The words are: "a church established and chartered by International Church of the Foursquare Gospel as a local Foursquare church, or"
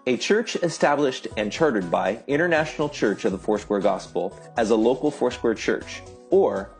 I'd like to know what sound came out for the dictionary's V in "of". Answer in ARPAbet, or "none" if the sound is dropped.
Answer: V